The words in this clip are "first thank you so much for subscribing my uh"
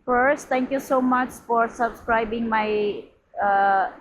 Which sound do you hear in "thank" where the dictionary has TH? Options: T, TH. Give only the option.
T